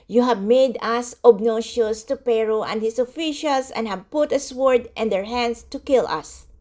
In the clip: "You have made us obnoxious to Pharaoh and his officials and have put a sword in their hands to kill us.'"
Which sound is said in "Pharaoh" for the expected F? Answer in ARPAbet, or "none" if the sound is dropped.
P